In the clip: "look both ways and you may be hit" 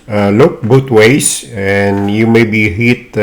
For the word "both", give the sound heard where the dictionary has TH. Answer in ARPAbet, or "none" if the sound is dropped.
T